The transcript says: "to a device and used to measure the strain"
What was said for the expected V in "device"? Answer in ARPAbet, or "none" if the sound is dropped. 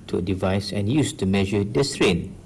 V